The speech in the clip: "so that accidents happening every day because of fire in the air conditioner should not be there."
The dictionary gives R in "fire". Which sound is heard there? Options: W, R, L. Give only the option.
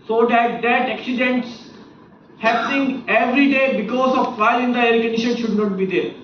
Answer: L